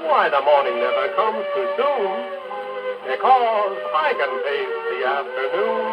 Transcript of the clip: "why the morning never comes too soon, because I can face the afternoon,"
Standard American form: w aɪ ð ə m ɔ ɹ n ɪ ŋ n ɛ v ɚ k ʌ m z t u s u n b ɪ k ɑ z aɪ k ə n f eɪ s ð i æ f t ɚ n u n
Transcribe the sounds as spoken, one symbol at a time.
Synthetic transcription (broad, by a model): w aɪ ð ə m ɔ ɹ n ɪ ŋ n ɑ ɪ k ʌ m z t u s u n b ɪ k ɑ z aɪ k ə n p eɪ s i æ f t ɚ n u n